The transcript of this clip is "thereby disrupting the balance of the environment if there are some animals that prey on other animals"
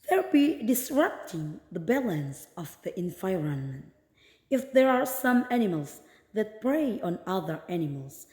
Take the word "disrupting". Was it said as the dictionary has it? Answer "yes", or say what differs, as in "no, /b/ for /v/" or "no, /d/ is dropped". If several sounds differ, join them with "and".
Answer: yes